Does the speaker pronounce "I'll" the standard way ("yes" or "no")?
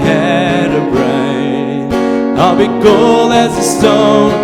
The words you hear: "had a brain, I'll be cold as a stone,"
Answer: yes